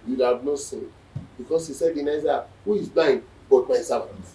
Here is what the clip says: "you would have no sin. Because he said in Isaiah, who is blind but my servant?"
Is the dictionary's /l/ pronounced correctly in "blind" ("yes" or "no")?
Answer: no